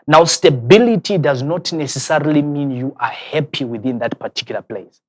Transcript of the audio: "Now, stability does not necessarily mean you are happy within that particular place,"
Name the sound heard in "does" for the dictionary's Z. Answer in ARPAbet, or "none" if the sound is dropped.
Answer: Z